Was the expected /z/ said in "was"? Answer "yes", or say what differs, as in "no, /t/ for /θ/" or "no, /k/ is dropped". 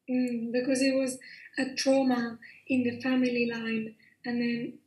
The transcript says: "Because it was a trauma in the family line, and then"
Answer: yes